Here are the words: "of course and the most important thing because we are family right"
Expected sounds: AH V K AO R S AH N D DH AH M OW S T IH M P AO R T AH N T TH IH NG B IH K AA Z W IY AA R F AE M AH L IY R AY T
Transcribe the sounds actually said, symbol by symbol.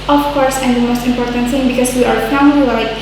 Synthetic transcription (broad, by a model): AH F K AO R S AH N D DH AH M OW S T IH M P AO R T AH N T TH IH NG B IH K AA S W IY AA R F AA AH N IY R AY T